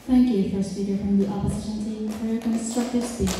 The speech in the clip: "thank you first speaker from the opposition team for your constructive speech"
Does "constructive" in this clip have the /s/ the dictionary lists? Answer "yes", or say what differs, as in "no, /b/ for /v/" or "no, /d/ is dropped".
yes